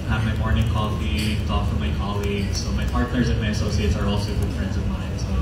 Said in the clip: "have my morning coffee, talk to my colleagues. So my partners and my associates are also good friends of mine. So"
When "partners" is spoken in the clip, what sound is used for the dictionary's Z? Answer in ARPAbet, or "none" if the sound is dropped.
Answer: Z